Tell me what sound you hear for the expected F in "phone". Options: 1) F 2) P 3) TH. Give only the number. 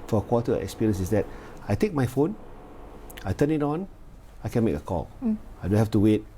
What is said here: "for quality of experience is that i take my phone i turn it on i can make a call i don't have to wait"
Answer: 1